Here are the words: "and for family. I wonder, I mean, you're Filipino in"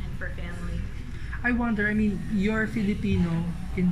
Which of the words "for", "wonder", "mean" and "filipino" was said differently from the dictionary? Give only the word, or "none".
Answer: none